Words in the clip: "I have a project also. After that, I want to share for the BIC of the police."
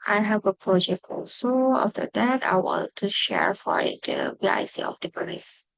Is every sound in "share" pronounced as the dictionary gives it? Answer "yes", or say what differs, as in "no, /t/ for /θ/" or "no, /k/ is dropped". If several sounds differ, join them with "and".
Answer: yes